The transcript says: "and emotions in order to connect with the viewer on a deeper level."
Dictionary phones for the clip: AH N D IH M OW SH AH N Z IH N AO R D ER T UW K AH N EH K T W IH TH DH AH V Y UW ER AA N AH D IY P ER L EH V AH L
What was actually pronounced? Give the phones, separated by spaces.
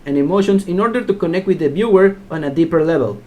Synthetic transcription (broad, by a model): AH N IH M OW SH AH N S IH N AO R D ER T UW K AH N EH K T W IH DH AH B Y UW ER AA N AH D IY P ER L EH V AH L